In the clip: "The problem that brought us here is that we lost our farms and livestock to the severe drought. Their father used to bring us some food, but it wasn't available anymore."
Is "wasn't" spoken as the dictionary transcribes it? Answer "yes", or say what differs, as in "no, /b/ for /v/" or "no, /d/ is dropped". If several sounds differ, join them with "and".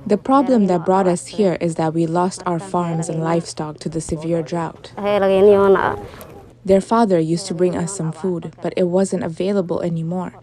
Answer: yes